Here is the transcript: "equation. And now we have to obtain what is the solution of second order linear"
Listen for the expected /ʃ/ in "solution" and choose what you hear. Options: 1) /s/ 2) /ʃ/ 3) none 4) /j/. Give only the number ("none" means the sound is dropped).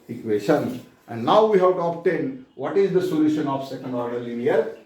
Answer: 2